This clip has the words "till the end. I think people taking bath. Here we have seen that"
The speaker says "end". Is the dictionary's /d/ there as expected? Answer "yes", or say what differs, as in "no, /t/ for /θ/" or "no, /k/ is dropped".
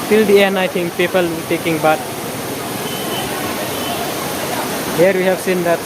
no, /d/ is dropped